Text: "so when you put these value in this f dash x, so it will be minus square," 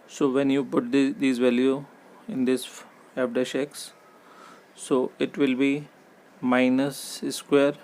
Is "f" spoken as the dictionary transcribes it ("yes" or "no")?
no